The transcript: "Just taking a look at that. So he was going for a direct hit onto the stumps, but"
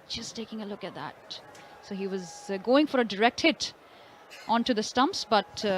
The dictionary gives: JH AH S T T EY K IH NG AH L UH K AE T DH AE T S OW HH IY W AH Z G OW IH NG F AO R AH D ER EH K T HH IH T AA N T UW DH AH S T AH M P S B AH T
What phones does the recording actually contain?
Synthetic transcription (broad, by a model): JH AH S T T EY K IH NG AH L UH K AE T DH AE T S OW HH IY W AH Z G OW IH NG F AO R AH D ER EH K T HH IH T AA N T UW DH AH S T AH M P S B AH T